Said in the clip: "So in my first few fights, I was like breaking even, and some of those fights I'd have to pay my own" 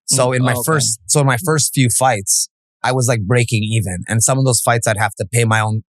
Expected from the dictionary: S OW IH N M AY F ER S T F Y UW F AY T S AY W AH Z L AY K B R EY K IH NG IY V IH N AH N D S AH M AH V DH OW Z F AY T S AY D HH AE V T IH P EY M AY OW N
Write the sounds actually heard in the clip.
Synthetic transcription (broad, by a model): S OW IH N M AY F ER S T F Y UW F AY T S AY W AH Z L AY K B R EY K IH NG IY V IH N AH N S AH M AH V DH OW Z F AY T S AY D HH AE F T IH P EY M AY OW N